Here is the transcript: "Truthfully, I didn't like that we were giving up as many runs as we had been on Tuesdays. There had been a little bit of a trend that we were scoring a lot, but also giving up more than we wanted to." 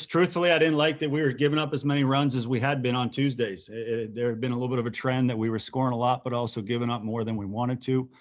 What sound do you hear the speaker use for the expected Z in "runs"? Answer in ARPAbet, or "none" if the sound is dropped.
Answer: Z